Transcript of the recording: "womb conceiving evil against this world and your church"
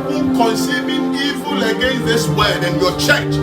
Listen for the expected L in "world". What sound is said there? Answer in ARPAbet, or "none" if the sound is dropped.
none